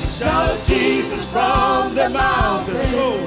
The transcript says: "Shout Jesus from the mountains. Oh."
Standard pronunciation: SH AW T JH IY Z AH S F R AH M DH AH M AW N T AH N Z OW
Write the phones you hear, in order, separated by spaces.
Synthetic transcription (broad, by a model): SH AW JH IY Z AH S F R AH M DH AH M AW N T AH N OW